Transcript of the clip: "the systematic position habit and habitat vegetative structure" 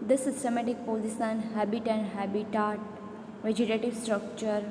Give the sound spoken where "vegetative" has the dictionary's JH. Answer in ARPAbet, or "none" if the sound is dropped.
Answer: JH